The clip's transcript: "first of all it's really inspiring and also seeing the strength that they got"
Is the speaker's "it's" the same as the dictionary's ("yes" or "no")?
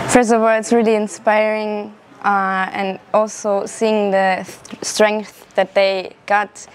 yes